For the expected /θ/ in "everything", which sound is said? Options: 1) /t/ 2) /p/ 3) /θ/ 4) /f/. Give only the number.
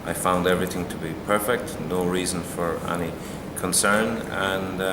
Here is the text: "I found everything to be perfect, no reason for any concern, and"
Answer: 3